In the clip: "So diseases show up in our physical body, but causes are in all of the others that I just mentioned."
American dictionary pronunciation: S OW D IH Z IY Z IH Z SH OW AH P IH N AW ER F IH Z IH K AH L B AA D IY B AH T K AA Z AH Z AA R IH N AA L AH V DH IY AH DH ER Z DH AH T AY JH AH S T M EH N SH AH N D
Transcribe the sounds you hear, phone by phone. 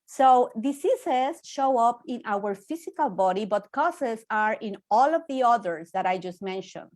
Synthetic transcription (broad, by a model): S OW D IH S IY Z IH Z SH OW AH P IH N AW ER F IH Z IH K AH L B AA D IY B AH T K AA S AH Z AA R IH N AA L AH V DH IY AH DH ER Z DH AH T AY JH AH S T M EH N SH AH N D